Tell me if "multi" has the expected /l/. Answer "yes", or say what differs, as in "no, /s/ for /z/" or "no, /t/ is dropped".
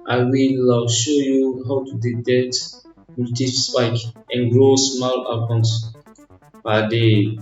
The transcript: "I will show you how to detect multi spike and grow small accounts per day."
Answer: no, /l/ is dropped